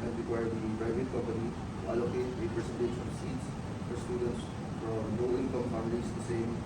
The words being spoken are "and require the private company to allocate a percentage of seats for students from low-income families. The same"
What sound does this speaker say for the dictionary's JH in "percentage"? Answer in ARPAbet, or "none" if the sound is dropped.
SH